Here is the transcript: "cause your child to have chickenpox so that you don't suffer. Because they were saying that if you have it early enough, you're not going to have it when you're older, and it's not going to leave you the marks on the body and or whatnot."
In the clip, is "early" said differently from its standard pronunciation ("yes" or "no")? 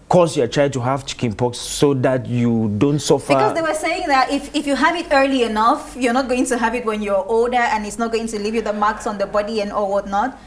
no